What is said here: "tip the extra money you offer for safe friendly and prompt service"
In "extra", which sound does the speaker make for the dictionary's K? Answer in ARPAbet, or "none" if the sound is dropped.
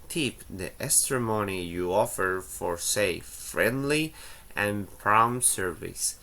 none